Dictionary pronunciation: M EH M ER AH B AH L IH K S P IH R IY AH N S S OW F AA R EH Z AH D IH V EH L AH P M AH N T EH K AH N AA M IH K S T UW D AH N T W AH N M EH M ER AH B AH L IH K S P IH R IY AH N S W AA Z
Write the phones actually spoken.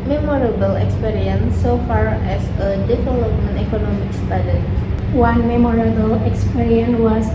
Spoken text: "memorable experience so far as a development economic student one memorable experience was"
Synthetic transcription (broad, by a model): M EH M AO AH B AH L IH K S P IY R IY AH N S S OW F AA R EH S AH D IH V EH L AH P AH N EH K AH N AA M IH K S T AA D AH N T W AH N M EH M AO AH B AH L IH K S P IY R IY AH N W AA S